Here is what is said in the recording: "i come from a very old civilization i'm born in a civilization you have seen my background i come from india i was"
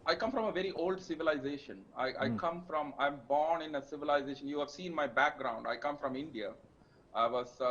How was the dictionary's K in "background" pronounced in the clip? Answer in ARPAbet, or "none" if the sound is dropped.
K